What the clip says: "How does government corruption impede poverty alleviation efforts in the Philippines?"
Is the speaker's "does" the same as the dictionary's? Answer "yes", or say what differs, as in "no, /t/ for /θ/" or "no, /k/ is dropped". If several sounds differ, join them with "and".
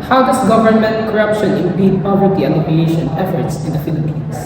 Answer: no, /s/ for /z/